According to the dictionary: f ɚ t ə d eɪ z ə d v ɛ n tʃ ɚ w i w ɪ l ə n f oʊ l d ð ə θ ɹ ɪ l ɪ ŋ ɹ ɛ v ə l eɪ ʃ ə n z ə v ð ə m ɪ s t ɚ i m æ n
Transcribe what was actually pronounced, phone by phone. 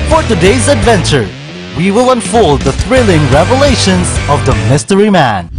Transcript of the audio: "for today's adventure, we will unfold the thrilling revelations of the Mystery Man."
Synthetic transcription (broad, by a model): f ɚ t ə d eɪ z ə d v ɛ n tʃ ɚ w i w ɪ l ə n f oʊ l d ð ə θ ɹ ɪ l ɪ ŋ ɹ ɛ v ə l eɪ ʃ ə n z ə v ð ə m ɪ s t ɚ i m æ n